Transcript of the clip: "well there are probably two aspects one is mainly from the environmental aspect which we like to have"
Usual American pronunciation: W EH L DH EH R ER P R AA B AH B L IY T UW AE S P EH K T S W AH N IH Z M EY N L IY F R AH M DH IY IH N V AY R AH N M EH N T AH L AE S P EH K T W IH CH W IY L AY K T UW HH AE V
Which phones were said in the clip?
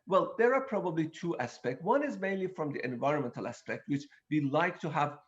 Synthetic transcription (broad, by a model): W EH L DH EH R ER P R AA B AH B L IY T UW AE S P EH K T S W AH N IH Z M EY N L IY F R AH M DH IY IH N V AY R AH N M EH N T AH L AE S P EH K T W IH CH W IY L AY K T UW HH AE V